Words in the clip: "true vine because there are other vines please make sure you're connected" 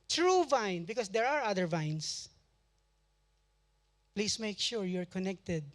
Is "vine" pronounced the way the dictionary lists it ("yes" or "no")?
yes